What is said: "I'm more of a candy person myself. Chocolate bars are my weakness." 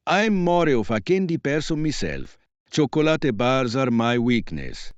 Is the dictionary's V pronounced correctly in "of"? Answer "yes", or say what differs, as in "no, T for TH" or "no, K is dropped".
no, F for V